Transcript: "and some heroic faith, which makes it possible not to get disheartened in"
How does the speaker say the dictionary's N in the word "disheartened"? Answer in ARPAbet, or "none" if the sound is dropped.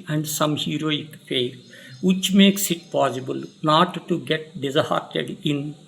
none